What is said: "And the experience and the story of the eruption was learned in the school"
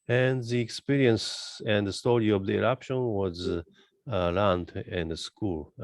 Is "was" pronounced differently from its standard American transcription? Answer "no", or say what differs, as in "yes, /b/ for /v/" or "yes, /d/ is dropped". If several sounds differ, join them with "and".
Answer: no